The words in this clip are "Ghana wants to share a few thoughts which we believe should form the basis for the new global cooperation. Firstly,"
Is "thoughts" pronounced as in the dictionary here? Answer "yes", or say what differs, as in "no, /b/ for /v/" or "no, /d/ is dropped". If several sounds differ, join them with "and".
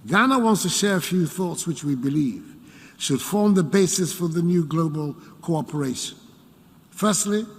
yes